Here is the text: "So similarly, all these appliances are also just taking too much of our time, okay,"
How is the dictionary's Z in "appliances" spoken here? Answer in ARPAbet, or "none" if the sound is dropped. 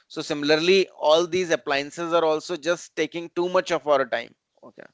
Z